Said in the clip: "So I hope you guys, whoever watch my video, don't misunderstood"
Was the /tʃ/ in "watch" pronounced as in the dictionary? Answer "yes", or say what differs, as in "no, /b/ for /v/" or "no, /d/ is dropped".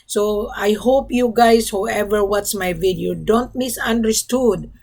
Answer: no, /s/ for /tʃ/